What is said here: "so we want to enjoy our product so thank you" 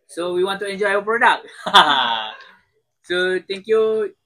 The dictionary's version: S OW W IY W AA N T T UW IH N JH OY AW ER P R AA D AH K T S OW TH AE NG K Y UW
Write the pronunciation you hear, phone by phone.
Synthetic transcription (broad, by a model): S OW W IY W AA N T T UW IH N JH OY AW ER P R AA D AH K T S OW T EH NG K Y UW